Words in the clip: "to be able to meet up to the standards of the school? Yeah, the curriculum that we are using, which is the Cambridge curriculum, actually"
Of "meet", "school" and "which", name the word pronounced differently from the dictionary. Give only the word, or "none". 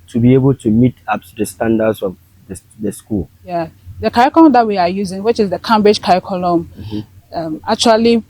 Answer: none